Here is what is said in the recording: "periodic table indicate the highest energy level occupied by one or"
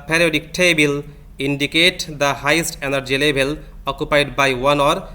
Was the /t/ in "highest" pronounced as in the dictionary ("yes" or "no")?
yes